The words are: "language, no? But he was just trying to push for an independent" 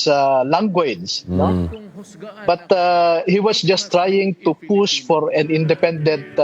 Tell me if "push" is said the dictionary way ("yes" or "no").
no